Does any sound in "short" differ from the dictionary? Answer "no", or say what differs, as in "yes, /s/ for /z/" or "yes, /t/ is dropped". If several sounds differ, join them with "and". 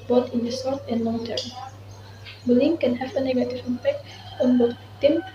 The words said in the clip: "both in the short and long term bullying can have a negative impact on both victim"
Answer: yes, /s/ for /ʃ/